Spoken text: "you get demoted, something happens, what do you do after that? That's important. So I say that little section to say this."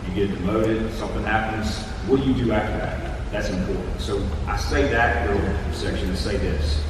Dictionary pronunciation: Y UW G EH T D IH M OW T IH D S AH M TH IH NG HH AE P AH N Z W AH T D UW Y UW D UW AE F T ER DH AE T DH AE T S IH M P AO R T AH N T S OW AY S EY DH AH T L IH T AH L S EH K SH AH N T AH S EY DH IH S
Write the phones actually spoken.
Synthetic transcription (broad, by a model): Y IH G EH T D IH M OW T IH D S AH M TH IH NG HH AE P AH N Z W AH Y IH D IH AE F T ER DH AE T DH AE T S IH M P AO R T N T S OW AY S EY DH AH T W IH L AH S EH K SH AH N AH S EY DH IH S